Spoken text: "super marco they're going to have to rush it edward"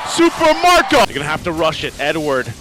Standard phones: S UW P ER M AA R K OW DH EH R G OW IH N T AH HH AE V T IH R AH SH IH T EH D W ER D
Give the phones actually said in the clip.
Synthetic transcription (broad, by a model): S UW P ER M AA R K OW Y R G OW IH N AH HH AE F T IH R AH SH IH T EH D W ER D